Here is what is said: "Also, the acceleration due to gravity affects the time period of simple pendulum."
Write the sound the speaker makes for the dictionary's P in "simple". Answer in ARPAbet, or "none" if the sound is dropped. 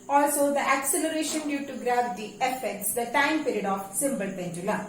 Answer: B